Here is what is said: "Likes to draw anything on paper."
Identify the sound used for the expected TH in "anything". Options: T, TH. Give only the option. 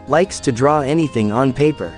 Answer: TH